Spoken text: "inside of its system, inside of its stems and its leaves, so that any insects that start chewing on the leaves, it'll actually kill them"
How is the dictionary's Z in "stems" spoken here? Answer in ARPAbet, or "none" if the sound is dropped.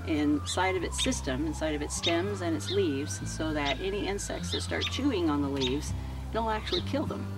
Z